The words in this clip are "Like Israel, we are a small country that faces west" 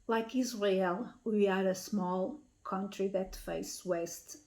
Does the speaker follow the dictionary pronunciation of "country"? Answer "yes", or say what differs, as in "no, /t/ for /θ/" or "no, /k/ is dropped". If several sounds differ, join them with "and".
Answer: yes